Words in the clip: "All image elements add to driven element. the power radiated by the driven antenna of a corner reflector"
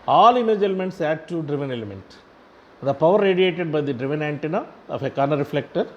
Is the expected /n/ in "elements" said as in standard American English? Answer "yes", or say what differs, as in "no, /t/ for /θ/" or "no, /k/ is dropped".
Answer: yes